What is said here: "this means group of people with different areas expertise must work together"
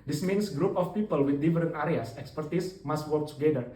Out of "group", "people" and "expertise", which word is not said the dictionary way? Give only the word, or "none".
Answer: expertise